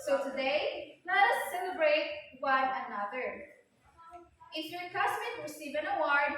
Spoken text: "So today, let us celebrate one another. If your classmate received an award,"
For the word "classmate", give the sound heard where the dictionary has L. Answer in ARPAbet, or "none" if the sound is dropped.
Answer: none